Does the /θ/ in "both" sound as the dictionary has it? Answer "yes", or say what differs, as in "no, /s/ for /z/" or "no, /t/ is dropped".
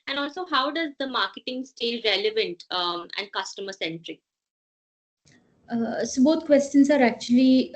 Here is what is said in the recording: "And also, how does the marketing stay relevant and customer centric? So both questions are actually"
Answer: no, /t/ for /θ/